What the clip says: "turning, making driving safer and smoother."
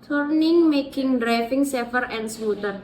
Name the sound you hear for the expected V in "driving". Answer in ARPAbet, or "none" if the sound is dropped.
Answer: F